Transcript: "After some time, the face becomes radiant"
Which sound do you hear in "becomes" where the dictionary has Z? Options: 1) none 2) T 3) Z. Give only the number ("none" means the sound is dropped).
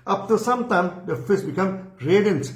1